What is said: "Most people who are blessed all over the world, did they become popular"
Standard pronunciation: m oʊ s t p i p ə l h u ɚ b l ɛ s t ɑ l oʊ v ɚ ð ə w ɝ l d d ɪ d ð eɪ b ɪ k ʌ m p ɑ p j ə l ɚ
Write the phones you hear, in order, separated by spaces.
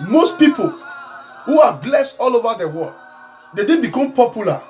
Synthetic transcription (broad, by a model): m oʊ s t p i p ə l h u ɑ b l ɛ s t ɑ l oʊ v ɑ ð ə w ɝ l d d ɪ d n b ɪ k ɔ m p ɑ p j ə l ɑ